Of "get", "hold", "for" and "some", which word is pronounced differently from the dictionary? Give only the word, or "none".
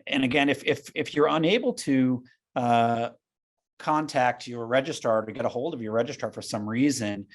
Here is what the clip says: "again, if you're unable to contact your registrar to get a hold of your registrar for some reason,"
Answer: none